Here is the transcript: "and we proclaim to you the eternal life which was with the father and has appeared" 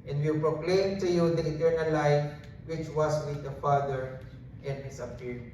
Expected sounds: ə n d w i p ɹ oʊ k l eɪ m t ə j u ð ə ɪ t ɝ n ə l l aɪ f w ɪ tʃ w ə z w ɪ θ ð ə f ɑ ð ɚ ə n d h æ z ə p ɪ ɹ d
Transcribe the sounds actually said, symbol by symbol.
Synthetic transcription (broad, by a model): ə n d w i p ɹ oʊ k l eɪ m t ə j u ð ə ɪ t ɝ n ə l l aɪ f w ɪ tʃ w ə s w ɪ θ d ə f ɑ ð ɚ ə n d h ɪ s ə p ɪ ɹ